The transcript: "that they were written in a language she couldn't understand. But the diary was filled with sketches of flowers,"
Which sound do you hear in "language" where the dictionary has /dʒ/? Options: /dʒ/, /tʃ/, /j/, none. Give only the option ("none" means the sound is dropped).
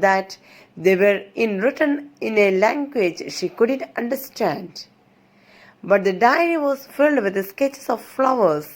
/dʒ/